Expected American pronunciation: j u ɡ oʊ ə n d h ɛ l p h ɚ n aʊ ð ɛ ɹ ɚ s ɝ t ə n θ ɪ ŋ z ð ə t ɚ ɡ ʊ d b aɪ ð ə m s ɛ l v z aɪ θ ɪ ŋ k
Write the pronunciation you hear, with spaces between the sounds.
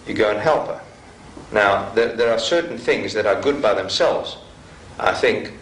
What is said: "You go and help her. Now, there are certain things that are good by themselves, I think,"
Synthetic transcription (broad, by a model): j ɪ ɡ oʊ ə n h ɛ l p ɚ n aʊ ð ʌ ɹ ɚ s ɝ t n θ ɪ ŋ z ð ə t ɚ ɡ ʊ d b aɪ ð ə m s ɛ l v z aɪ θ ɪ ŋ k